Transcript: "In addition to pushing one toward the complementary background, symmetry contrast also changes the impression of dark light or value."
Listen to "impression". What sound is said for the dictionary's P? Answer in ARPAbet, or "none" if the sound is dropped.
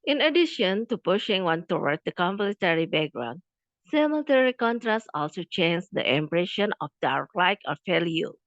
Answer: P